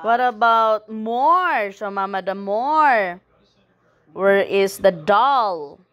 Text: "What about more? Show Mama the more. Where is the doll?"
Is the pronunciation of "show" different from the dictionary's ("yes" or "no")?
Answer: yes